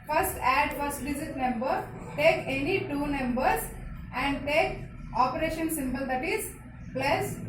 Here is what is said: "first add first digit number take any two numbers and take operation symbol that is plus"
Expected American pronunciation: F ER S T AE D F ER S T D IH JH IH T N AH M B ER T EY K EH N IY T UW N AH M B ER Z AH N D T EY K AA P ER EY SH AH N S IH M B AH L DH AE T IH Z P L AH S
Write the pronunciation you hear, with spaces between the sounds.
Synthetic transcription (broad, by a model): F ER S T AE D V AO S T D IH Z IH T N AH M B ER T EY K EH N IY T UW N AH M B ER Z AH N D T EY K AA P ER EY SH AH N S IH M B AH L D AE T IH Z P L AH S